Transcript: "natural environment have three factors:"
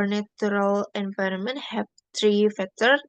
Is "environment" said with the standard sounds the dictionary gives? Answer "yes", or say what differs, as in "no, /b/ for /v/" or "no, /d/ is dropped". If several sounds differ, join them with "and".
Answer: yes